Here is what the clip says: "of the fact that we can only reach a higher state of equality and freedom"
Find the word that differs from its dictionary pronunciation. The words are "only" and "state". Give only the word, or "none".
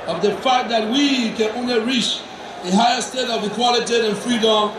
none